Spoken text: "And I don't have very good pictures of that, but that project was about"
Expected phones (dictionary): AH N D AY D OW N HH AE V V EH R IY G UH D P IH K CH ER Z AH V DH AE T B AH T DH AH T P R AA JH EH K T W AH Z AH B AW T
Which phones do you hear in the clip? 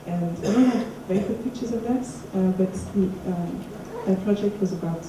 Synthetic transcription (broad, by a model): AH N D AY D OW N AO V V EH IY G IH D P IH K CH ER Z AH V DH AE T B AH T DH AH T P R AA JH EH K T W AH Z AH B AW T